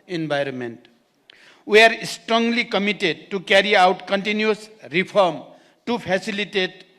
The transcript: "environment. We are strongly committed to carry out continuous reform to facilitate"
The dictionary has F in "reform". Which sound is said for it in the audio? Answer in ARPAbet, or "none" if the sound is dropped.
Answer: P